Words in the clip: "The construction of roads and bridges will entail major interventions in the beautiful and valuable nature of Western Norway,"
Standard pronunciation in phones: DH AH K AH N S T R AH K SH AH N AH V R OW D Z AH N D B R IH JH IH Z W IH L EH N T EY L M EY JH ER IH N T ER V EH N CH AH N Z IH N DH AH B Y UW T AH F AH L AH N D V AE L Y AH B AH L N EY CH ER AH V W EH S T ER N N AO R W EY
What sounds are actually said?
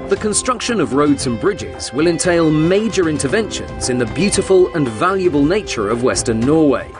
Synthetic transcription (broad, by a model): DH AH K AH N S T R AH K SH AH N AH V R OW D Z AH N B R IH JH IH Z W IH L EH N T EY L M EY JH ER IH N T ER V EH N SH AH N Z IH N DH AH B Y UW T AH F AH L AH N V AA L Y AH B AH L N EY CH ER AH V W EH S T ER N N AO W EY